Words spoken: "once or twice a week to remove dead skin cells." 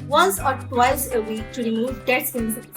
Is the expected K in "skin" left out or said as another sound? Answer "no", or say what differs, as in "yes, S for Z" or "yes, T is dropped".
yes, K is dropped